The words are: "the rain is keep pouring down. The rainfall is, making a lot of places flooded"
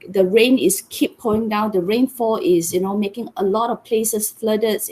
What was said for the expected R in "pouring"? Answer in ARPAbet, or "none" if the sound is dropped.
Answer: none